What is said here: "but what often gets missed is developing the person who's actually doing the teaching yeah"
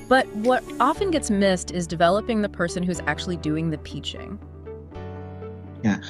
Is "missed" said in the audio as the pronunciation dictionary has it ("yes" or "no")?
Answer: yes